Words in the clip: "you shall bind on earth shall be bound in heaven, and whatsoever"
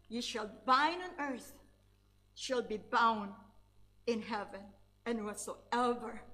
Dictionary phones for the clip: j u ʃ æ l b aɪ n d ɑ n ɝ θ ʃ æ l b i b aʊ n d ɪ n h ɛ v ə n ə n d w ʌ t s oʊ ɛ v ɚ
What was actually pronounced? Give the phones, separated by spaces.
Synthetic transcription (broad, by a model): j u ʃ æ l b aɪ n ɑ n ɝ θ ʃ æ l b i b aʊ n d ɪ n h ɛ v ə n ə n w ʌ t s oʊ ɛ v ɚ